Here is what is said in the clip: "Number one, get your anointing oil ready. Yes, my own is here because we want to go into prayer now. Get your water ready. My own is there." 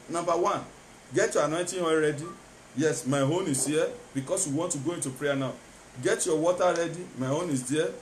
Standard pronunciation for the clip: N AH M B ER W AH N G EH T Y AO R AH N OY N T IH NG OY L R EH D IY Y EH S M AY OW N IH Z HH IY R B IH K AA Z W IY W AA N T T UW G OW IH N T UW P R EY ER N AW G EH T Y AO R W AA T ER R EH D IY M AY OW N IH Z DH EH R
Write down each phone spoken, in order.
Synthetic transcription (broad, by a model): N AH M B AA W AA N G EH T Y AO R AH N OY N T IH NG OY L R EH D IY Y EH S M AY OW N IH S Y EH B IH K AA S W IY W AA N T T UW G OW IH N T UW P R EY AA N AW G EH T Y AO W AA T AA R EH D IY M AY OW N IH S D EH